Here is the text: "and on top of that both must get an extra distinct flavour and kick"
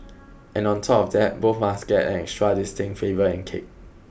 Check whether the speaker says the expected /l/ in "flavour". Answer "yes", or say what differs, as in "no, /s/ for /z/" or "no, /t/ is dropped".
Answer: no, /l/ is dropped